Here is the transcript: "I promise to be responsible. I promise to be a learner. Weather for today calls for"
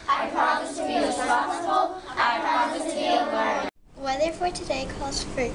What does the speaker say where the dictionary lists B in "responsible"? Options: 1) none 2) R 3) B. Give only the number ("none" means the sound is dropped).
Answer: 1